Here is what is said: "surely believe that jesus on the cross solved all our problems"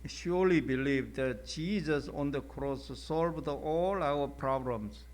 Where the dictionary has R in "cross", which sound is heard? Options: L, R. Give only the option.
R